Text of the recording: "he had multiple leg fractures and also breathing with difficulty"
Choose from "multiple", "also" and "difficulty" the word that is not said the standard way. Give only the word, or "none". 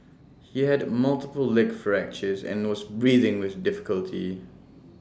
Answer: also